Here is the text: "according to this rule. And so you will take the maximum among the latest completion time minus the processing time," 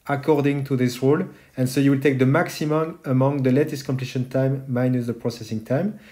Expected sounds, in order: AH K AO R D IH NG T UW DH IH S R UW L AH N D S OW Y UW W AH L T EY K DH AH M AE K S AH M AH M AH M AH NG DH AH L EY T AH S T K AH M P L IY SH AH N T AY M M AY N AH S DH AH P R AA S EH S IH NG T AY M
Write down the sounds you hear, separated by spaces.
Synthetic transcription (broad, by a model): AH K AO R D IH NG T UW DH IH S R UW L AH N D S OW Y UW W AH L T EY K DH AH M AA K S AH M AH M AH M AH NG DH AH L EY T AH S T K AH M P L IY SH AH N T AY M M AY N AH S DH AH P R AA S EH S IH NG T AY M